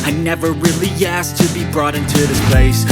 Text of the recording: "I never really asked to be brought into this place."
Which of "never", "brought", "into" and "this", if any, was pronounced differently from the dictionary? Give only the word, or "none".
none